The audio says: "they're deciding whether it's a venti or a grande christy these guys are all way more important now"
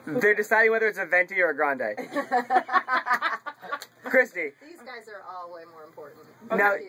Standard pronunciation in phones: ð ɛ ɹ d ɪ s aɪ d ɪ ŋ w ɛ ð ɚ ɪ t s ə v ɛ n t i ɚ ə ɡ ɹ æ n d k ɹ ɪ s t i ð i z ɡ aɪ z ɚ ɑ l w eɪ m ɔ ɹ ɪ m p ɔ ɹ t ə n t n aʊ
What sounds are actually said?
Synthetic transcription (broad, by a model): ð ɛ ɹ d ɪ s aɪ d ɪ ŋ w ɛ ð ɚ ɪ t s ə v ɛ n t i ɚ ə ɡ ɹ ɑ n d k ɹ ɪ s t i ð i z ɡ aɪ z ɚ ɑ l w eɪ m ɔ ɹ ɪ m p ɔ ɹ t n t n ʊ